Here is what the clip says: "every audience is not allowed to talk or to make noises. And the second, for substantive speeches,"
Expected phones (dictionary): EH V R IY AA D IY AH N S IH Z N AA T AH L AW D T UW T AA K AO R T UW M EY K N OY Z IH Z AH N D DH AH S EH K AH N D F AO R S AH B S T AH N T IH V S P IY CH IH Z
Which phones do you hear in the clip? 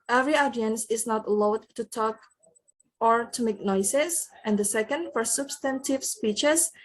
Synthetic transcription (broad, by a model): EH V R IY AA D IY AH N S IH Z N AA T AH L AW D T UW T AA K AO R T UW M EY K N OY S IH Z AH N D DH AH S EH K AH N D F AO R S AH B S T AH N T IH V S P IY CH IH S